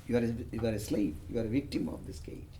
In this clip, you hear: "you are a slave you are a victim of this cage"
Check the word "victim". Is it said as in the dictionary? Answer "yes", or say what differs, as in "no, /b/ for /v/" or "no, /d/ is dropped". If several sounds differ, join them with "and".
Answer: yes